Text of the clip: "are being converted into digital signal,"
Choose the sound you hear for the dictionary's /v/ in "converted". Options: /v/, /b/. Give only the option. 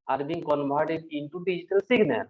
/b/